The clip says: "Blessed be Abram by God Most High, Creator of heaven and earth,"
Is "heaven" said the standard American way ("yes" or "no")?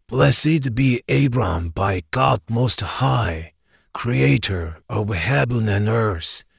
no